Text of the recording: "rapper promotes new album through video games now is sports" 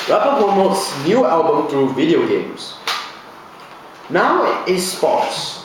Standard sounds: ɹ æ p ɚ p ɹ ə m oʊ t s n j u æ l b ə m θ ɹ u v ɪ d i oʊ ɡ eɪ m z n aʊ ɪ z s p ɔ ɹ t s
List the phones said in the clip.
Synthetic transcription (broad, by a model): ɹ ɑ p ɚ p ɹ ə m oʊ t s n j u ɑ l b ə m t ɹ u v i d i oʊ ɡ eɪ m s n aʊ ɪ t s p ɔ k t s